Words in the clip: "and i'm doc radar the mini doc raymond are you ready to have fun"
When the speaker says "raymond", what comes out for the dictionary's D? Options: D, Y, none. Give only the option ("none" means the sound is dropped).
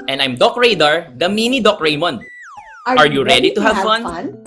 none